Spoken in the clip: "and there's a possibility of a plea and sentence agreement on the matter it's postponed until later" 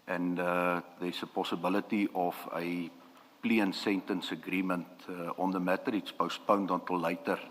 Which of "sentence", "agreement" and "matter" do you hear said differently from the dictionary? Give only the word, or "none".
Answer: none